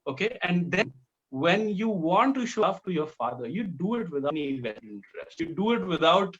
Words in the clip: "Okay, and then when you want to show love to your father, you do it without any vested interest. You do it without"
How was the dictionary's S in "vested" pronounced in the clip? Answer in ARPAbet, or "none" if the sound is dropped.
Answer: none